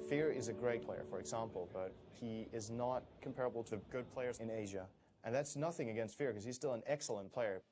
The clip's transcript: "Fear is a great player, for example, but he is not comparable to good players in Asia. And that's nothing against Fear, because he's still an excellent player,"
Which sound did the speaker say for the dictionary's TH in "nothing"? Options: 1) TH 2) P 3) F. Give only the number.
1